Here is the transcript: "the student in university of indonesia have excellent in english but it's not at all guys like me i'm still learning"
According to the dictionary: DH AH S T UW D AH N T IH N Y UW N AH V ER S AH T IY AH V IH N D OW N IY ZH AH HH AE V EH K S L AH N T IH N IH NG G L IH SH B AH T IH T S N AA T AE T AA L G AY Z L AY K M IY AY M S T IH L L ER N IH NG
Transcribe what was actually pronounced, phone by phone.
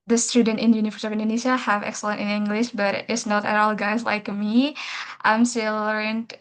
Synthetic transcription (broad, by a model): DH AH S T UW D AH N T IH N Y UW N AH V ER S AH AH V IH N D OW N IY SH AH HH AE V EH K S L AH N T IH N IH NG G L IH SH B AH T IH T S N AA T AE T AA L G AY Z L AY K M IY AY M S T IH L L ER N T